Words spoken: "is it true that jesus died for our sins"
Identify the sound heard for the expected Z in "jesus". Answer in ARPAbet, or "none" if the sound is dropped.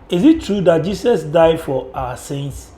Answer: S